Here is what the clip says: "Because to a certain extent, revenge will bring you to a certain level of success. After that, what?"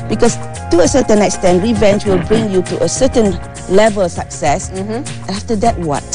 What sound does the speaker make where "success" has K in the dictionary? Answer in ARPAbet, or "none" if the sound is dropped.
none